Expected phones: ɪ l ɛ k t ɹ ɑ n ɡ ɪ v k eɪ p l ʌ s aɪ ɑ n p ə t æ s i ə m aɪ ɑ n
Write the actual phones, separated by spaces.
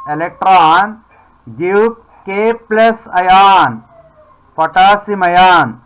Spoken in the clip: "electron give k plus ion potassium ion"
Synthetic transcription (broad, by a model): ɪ l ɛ k t ɹ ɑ n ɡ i p k eɪ p l ʌ s aɪ ɑ n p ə t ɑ s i m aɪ ɑ n